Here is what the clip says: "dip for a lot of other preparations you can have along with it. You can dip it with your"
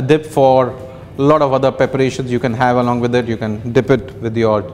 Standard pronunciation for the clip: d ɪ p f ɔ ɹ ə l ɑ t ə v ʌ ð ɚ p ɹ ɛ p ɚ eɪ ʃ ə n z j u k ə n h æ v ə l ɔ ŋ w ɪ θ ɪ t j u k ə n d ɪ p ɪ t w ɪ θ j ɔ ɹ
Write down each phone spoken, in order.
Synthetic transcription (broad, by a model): d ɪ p f ɔ ɹ l ɑ t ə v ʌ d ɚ p ɹ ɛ p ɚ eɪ ʃ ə n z j u k ə n h æ v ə l ɔ ŋ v ɪ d ɪ t j u k ə n d ɪ p ɪ t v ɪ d j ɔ ɹ